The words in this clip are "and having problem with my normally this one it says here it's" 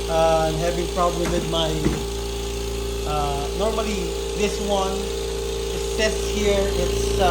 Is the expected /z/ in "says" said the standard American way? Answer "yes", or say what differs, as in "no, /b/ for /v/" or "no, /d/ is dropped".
no, /s/ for /z/